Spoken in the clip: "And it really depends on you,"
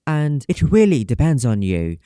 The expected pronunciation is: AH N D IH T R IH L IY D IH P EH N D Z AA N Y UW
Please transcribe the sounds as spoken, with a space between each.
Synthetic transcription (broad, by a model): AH N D IH T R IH L IY D IH P EH N D Z N Y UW